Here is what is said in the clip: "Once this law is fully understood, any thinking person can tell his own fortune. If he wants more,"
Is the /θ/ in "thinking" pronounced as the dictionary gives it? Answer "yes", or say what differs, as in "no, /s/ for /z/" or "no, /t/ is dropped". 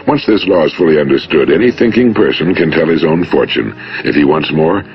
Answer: yes